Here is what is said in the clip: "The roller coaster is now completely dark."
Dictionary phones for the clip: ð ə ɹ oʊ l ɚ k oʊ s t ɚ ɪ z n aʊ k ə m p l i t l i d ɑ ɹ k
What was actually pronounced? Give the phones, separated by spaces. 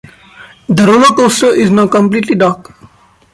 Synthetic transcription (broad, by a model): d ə ɹ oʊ n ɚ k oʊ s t ɪ z n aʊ k ə m p l i t l i d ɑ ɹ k